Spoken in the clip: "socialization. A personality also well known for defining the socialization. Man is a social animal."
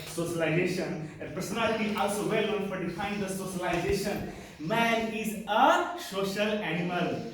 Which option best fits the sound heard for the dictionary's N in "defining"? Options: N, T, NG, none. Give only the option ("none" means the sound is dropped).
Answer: none